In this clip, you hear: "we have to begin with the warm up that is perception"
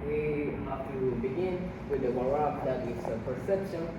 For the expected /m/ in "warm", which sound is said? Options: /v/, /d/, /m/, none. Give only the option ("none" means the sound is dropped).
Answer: none